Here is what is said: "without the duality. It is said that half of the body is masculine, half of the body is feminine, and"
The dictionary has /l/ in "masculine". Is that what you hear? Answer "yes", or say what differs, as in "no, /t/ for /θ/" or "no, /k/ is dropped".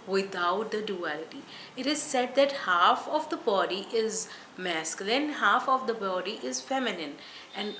yes